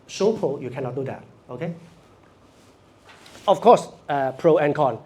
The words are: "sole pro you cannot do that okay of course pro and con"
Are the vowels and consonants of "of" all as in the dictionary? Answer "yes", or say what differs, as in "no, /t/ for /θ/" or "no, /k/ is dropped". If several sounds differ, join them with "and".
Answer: no, /f/ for /v/